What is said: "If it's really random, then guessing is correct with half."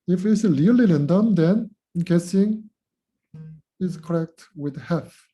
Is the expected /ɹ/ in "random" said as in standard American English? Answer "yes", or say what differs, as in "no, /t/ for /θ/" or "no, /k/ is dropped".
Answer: no, /l/ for /ɹ/